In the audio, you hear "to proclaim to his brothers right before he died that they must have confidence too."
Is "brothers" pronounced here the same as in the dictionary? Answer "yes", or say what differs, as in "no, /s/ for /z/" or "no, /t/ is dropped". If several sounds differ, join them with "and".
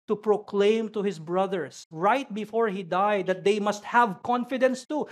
no, /s/ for /z/